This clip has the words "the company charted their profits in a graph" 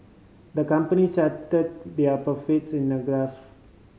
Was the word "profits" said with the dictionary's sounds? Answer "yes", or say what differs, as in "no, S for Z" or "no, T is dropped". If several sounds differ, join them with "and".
no, R is dropped